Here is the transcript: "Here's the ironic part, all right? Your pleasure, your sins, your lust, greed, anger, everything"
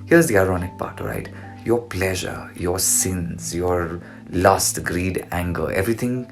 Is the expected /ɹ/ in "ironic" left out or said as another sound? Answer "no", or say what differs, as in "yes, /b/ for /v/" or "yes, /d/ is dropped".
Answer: no